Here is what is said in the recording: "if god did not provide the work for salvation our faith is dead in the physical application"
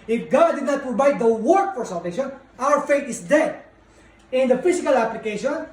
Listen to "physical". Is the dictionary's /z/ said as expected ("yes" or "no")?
no